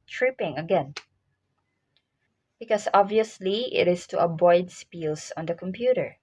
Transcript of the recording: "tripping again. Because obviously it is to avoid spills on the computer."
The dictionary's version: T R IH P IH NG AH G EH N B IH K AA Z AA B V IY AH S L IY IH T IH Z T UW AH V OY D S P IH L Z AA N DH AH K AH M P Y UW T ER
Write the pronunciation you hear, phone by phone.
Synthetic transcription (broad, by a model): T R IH P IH NG AH G EH N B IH K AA S AA B V IY AH S L IY IH T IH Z T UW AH B OY D S P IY L S AA N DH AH K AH M P Y UW T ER